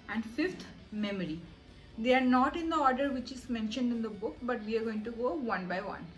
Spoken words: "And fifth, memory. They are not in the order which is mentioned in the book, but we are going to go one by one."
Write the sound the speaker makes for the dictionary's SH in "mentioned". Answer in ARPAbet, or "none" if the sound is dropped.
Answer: SH